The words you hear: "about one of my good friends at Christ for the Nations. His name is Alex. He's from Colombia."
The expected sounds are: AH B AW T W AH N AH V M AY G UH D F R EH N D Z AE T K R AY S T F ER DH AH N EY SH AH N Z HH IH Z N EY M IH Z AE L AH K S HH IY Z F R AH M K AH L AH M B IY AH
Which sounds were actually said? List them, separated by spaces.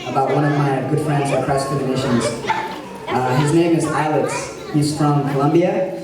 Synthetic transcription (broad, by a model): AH B AW T W AH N AH V M AY G UH D F R EH N D Z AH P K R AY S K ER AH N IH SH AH N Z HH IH Z N EY M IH Z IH L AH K S HH IY Z F R AH M K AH L AH M B IY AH